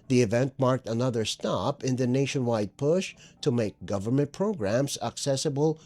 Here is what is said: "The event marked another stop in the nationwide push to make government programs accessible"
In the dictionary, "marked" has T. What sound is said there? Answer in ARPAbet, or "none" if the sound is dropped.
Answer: T